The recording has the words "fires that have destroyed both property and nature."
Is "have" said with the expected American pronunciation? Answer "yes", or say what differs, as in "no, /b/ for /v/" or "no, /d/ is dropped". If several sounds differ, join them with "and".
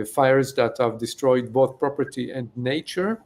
yes